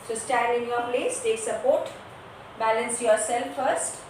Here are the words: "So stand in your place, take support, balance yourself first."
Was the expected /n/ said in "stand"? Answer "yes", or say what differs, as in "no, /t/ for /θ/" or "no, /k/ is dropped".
no, /n/ is dropped